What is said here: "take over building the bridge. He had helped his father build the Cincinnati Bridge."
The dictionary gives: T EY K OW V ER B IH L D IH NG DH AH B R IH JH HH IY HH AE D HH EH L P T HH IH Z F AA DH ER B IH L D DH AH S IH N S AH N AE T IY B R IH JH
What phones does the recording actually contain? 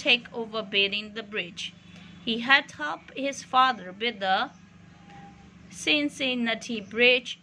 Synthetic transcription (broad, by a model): EY K OW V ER B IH D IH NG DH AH B R IH JH HH IY HH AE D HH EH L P HH IH Z F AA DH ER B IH D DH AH S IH N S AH N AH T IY B R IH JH